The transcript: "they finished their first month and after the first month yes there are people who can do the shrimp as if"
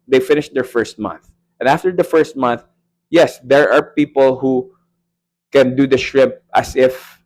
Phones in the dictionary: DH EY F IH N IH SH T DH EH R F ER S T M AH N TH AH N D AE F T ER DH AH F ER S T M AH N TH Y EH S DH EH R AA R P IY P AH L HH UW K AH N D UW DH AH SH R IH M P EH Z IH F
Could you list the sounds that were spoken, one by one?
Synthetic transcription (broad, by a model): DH EY F IH N IH SH T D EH R F ER S T M AH N TH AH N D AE F T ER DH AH F ER S T M AH N TH Y EH S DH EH R AA R P IY P AH L HH UW K AH N D UW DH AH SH R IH P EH S IH F